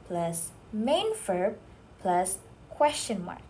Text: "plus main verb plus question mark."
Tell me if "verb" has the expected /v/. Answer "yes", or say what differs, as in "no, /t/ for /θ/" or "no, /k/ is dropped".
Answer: no, /f/ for /v/